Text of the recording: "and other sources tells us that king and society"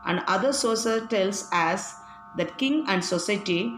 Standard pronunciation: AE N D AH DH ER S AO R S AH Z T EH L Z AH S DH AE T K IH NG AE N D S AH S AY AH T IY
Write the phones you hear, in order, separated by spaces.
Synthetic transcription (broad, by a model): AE N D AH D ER S AO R S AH T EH L S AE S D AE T K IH NG AE N D S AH S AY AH T IY